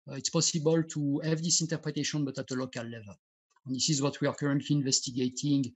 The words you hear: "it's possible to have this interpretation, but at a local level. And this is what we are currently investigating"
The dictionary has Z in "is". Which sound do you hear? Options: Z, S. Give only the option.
Z